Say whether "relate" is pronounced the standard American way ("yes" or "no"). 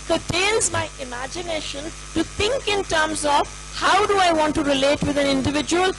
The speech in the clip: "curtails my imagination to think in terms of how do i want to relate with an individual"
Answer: yes